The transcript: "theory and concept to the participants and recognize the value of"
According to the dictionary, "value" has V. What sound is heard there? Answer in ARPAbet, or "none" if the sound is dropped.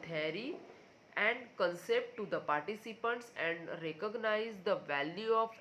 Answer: V